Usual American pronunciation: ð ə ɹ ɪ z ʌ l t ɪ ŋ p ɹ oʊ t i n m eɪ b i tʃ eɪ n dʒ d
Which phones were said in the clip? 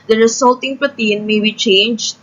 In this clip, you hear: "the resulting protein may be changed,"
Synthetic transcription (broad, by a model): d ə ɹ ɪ s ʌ l t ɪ ŋ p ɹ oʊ t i n m eɪ b i tʃ eɪ n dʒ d